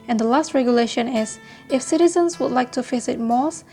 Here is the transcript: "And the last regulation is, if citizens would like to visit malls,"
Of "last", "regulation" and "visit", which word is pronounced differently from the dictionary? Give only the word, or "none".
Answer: visit